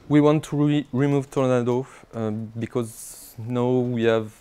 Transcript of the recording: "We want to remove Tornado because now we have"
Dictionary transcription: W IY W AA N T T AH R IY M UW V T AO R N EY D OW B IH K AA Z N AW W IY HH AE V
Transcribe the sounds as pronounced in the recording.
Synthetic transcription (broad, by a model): W IY W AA N T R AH R IY M UW V T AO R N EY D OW B IH K AA Z N AW W IY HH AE V